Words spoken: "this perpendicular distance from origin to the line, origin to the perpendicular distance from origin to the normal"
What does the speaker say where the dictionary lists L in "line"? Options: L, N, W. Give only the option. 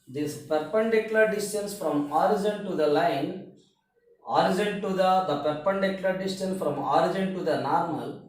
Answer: L